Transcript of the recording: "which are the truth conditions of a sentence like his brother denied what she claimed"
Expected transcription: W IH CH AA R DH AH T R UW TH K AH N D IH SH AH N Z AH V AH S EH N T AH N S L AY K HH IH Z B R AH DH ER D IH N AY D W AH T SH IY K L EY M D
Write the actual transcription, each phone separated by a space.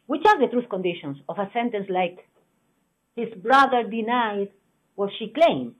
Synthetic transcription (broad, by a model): W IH CH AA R DH AH T R UW TH K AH N D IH SH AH N S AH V AH S EH N T AH N S L AY K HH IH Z B R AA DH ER D IH N AY D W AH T SH IY K L EY M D